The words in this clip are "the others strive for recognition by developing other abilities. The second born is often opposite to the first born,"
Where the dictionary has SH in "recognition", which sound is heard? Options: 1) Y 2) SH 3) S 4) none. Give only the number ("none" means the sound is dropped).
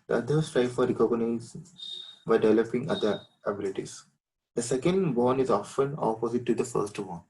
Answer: 4